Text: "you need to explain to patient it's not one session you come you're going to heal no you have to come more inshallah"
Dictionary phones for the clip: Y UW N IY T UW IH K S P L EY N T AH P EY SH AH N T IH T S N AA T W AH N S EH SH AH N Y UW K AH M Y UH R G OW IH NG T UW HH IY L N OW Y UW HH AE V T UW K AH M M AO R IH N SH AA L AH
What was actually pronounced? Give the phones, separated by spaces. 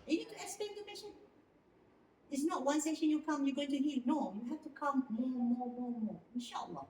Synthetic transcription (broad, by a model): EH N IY T UW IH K S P EY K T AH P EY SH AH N IH T S N AA T W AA N S EH SH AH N Y UW K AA M Y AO G OW IH NG T UW HH IY L N OW Y UW HH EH F T UW K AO M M AO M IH N SH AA L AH